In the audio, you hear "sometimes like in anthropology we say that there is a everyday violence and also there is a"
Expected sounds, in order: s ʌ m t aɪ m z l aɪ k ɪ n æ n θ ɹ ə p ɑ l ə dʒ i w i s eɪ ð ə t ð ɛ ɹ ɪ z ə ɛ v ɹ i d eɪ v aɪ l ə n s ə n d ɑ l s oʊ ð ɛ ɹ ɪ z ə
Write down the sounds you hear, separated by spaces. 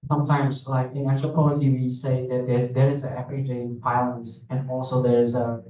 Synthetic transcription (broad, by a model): s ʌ m t aɪ m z l aɪ k ɪ n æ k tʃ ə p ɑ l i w i s eɪ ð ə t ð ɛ ɹ ɪ z ə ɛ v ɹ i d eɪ f aɪ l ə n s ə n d ɑ l s oʊ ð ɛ ɹ ɪ z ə